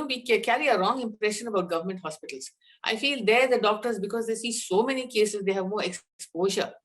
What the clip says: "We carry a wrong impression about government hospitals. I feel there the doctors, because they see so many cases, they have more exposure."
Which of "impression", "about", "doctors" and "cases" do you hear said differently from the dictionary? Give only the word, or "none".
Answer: none